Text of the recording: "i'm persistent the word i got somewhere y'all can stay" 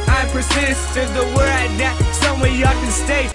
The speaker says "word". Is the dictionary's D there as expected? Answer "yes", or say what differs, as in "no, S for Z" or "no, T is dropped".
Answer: no, D is dropped